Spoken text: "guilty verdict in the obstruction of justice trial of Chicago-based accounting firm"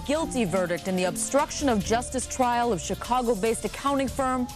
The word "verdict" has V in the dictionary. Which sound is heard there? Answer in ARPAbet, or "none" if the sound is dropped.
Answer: V